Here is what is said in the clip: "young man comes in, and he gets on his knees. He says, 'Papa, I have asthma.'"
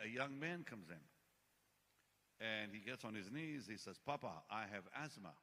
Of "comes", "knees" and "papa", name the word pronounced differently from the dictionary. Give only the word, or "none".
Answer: none